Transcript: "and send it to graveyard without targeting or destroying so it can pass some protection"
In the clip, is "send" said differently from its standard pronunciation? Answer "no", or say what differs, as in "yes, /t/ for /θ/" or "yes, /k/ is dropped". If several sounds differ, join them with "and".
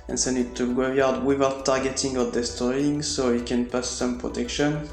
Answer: yes, /d/ is dropped